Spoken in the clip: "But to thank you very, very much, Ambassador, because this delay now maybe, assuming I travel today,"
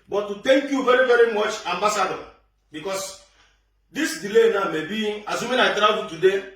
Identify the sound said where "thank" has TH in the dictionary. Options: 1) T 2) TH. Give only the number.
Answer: 1